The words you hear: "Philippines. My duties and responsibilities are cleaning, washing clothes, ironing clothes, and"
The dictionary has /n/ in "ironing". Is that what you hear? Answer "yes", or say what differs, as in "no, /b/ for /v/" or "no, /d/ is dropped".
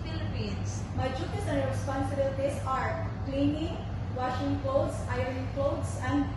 no, /n/ is dropped